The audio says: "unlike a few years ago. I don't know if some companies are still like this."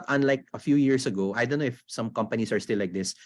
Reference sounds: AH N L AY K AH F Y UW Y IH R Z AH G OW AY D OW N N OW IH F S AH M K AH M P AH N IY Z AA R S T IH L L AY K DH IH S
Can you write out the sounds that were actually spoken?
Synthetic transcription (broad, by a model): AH N L AY K AH F Y UW Y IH R S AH G OW AY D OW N N OW IH F S AH M K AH M P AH N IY S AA R S T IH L L AY K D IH S